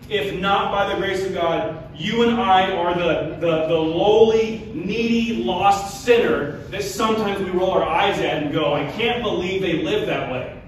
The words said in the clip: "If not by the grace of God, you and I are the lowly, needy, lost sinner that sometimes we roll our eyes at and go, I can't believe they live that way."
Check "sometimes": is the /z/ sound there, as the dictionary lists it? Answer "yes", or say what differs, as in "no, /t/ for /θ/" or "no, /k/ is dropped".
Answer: yes